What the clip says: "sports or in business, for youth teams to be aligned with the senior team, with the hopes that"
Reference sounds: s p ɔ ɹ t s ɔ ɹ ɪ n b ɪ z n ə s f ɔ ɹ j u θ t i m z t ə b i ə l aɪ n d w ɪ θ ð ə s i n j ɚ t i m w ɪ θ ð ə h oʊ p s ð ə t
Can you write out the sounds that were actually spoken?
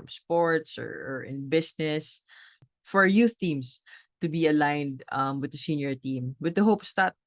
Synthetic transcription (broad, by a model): s p ɔ ɹ t s ɔ ɹ ɪ n b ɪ s n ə s f ɔ ɹ j u θ t i m s t ə b i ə l aɪ n d w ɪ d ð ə s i n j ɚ t i m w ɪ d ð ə h oʊ p s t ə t